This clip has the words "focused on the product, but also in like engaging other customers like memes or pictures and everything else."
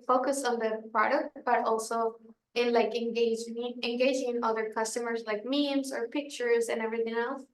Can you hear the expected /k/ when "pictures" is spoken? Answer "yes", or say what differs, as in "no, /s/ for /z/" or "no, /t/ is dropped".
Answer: yes